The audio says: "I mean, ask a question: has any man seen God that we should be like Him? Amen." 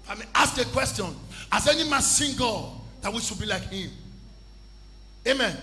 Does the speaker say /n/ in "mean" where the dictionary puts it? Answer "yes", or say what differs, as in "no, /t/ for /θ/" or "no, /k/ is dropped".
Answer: no, /n/ is dropped